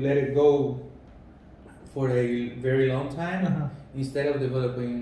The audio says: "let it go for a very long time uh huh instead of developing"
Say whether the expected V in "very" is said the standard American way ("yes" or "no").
yes